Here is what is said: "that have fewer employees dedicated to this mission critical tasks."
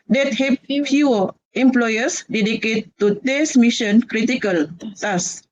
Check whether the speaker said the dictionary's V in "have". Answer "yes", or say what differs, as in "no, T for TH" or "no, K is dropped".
no, P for V